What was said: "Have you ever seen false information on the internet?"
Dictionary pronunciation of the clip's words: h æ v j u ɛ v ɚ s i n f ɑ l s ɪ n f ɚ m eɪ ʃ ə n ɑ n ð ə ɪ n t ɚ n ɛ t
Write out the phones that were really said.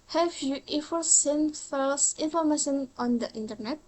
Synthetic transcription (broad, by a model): h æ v j u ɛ f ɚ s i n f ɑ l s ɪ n f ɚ m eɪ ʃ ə n ɑ n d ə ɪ n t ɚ n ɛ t